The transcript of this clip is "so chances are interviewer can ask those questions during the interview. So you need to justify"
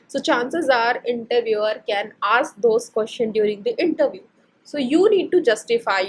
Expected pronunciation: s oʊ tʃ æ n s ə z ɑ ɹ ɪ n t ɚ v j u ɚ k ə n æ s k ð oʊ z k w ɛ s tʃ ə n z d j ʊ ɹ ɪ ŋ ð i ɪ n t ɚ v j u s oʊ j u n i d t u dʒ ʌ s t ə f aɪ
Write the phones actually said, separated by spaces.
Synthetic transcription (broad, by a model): s oʊ tʃ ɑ n s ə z ɑ ɹ ɪ n t ɚ v j u ɚ k ə n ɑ s k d oʊ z k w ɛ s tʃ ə n d j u ɹ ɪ ŋ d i ɪ n t ɚ v j u s oʊ j u n i d t u dʒ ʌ s t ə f aɪ